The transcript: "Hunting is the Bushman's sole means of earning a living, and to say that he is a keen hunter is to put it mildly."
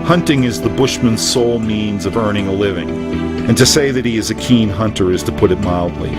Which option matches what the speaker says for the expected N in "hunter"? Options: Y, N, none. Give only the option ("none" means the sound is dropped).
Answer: N